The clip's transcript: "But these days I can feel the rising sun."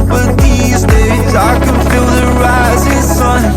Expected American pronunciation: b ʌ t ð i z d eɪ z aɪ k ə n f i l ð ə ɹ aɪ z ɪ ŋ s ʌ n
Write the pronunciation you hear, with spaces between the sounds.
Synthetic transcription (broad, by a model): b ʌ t ð i z d eɪ z aɪ k ə n f i l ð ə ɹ aɪ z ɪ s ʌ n